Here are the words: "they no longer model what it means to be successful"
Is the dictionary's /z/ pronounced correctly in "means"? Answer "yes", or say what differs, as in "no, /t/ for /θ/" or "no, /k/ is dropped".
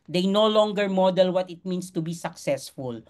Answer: no, /s/ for /z/